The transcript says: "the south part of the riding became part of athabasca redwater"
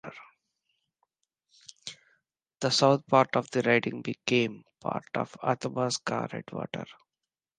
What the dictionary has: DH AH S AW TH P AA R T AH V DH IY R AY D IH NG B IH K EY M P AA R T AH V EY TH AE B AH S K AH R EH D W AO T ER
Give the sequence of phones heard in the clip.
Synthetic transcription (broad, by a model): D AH S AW T P AA R T AH V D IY R AY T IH NG B IH K EY M P AA R T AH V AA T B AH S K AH R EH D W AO T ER